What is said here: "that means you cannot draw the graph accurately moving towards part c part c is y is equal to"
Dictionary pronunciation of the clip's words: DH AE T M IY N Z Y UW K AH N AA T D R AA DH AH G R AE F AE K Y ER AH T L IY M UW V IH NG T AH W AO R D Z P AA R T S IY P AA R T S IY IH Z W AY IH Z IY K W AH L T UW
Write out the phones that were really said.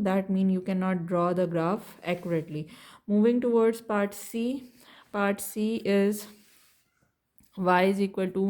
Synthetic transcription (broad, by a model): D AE T M IY N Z Y UW K AH N AA T D R AA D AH G R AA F AE K Y ER AH T L IY M UW V IH NG T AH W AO R D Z P AA R T S IY P AA R T S IY IH Z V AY IH Z IY K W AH L T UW